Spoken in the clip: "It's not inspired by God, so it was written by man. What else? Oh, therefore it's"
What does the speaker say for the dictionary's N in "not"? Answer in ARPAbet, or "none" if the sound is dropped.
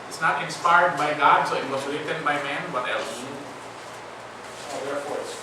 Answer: N